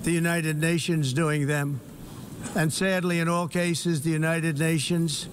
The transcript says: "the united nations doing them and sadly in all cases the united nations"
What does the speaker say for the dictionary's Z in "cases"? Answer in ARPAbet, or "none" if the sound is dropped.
Z